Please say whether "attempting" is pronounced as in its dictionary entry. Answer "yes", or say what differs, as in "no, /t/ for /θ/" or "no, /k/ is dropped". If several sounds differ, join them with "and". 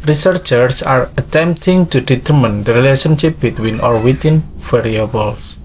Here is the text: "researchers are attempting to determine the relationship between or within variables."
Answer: yes